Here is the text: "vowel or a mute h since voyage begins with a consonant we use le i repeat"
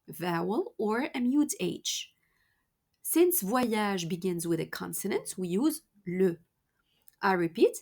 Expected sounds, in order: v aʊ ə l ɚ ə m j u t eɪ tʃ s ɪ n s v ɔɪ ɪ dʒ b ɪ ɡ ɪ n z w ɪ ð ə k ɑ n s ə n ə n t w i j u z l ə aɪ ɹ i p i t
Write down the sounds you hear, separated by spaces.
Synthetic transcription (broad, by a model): v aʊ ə l ɚ ə m j u t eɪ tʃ s ɪ n s v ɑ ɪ ʒ b ɪ ɡ ɪ n z w ɪ ð ə k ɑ n s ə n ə n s w i j u z l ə aɪ ɹ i p i t